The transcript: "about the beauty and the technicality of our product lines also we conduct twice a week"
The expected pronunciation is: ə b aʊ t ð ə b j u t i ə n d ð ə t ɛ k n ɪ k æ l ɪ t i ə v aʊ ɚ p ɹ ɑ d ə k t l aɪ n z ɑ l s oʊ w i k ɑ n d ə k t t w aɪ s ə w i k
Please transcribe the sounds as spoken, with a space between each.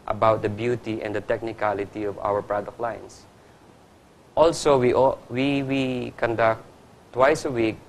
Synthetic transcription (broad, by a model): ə b aʊ t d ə b j u t i ə n d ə t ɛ k n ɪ k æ l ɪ t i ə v aʊ ɚ p ɹ ɑ d ə k t l aɪ n s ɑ l s oʊ w i k ɑ n d ə k t t w aɪ s ə w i k